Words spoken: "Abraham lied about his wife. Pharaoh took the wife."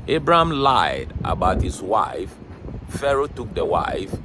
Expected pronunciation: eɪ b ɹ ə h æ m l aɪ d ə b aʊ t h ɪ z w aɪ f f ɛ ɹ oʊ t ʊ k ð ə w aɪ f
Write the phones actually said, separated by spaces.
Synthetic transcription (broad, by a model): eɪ b ɹ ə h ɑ m l aɪ d ə b aʊ t h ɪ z w aɪ f f ɛ ɹ oʊ t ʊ k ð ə w aɪ f